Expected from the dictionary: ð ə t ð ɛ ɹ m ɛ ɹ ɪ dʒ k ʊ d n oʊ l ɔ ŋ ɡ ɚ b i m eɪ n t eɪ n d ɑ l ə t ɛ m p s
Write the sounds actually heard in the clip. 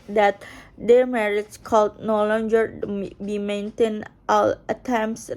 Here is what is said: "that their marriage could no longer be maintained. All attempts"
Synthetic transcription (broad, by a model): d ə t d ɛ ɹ m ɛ ɹ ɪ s k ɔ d n oʊ l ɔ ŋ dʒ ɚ b i m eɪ n t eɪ n ɑ l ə t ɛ m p s